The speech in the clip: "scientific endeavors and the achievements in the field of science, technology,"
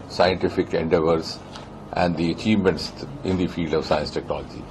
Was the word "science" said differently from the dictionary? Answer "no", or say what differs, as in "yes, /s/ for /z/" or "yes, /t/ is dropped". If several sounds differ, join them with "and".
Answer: no